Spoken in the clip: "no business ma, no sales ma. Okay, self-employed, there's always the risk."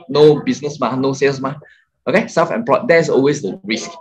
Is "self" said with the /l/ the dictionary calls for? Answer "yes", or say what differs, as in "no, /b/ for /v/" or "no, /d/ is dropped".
no, /l/ is dropped